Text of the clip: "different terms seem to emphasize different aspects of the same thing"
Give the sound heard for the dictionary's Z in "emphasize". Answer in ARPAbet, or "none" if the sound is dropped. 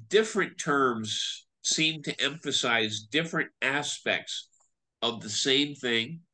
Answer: Z